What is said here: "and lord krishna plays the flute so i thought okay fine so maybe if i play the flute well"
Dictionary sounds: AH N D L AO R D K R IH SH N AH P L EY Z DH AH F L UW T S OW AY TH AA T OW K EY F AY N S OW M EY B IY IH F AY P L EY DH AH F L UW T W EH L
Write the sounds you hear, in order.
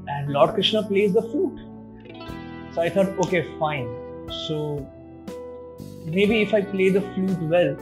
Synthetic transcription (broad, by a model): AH N D L AO R D K R IH SH N AH P L EY Z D AH F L UW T S OW AY T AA T OW K EY F AY N S OW M EY B IY IH F AY P L EY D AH F L UW T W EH L